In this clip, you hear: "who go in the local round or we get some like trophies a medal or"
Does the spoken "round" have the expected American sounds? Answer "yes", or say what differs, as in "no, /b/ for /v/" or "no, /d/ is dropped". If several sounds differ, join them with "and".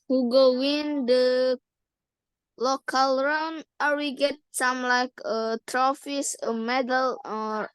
no, /d/ is dropped